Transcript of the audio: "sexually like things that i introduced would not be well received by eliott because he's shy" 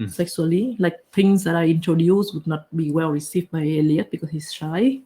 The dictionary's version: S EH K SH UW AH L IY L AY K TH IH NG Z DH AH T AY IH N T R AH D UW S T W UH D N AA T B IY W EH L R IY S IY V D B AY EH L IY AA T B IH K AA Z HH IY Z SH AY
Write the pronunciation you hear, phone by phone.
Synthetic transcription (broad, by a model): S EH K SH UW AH L IY L AY K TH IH NG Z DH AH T AY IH N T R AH D UW S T W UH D N AA T B IY W EH L R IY S IY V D B AY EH L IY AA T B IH K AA S HH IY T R AY